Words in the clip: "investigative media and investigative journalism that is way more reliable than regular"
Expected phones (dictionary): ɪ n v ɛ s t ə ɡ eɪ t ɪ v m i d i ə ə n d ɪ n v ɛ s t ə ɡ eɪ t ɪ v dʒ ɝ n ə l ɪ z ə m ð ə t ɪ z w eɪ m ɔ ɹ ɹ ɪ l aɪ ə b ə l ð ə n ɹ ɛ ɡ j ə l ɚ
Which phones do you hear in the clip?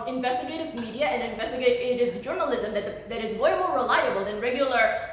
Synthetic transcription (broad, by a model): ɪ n v ɛ s t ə ɡ eɪ t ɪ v m i d i ə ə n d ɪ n v ɛ s t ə ɡ eɪ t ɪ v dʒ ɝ n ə l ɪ z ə m ð ə t ɪ z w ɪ m ɔ ɹ ɹ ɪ l aɪ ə b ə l ð ə n ɹ ɛ ɡ j l ɚ